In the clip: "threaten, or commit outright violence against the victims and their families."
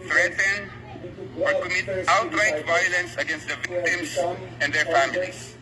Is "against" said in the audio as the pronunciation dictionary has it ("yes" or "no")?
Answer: yes